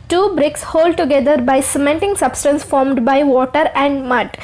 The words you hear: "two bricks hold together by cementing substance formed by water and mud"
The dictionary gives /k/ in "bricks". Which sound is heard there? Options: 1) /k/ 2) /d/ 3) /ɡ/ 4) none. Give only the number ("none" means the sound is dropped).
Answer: 1